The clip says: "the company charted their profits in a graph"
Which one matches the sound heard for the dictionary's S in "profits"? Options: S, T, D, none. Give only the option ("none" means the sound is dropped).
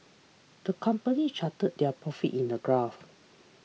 none